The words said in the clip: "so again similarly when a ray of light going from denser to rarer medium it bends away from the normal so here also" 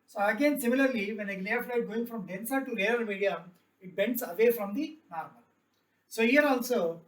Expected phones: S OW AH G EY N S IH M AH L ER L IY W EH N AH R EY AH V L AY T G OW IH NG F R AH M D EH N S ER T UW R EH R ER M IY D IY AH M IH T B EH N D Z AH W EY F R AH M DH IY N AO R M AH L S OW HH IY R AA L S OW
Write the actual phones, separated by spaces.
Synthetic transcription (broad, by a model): S OW AH G EY N S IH M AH L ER L IY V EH N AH L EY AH F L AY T G OW IH NG F R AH M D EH N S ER T UW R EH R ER M IY D IY AH M IH T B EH N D S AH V EY F R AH M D IY N AO R M AH L S OW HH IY R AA L S OW